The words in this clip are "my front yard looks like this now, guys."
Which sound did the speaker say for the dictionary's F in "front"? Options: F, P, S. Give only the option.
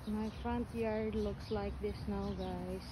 F